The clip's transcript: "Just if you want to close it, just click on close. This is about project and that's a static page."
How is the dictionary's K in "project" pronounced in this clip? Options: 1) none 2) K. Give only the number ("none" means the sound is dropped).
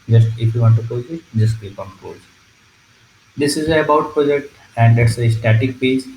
2